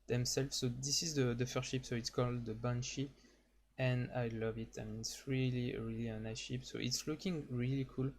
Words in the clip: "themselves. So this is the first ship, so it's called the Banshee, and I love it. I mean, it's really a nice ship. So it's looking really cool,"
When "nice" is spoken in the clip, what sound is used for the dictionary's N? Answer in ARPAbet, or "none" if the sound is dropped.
L